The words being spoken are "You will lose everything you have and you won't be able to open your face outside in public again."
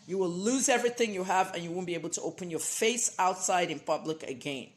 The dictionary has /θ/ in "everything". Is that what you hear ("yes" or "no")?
yes